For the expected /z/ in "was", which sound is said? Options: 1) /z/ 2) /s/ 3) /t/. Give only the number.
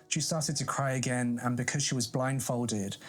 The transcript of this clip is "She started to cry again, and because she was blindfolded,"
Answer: 1